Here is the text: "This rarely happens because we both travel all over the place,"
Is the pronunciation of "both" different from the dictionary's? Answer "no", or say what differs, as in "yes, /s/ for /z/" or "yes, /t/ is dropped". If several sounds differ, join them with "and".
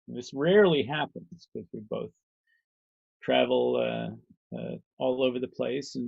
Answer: no